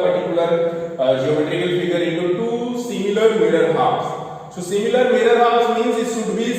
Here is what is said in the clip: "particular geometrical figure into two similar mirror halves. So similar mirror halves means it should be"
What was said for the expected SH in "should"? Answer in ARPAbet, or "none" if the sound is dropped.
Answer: S